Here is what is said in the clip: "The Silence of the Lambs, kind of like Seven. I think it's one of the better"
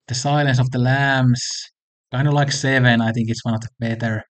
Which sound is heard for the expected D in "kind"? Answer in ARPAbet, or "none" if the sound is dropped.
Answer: none